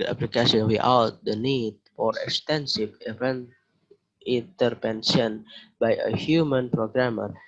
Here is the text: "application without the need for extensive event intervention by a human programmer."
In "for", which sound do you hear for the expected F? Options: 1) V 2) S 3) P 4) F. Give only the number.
4